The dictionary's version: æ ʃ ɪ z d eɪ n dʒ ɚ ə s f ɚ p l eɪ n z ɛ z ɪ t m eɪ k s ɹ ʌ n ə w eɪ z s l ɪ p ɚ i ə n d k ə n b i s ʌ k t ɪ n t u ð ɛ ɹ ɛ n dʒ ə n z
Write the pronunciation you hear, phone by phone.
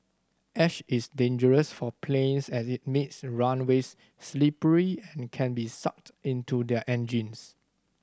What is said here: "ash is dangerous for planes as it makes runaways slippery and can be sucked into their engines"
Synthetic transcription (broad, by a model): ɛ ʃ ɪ s d eɪ n dʒ ɚ ə s f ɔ p l eɪ n s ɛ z ɪ t m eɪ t s ɹ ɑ n w eɪ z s l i p ɚ i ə n k ə n b i s ʌ k t ɪ n t u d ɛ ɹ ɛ n dʒ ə n s